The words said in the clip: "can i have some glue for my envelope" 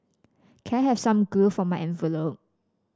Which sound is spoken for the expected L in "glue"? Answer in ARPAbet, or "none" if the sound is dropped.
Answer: none